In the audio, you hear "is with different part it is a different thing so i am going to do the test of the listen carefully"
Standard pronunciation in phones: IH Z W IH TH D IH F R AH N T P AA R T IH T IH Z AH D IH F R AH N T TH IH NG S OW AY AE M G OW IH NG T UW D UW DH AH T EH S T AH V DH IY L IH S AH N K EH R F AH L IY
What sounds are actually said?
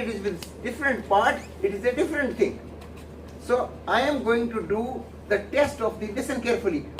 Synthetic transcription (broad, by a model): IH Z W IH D D IH F R AH N T P AA R T IH T IH Z AH D IH F R AH N T T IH NG S OW AY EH M G OW IH NG T UW D UW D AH T EH S T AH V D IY L IH S AH N K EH R F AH L IY